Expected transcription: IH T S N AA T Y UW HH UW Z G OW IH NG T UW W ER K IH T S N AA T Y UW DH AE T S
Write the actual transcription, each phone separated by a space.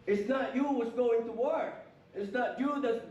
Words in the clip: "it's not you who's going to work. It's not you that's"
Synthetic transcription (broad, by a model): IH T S N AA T Y UW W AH S G OW IH NG T UW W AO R IH T S N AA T Y UW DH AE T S